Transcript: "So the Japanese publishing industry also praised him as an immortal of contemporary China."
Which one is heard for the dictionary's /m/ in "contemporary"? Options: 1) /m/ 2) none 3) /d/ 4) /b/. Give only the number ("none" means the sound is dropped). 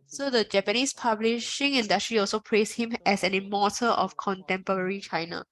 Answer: 1